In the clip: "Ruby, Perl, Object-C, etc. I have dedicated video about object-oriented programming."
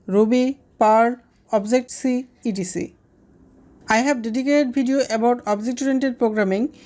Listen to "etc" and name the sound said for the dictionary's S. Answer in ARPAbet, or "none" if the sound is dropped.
none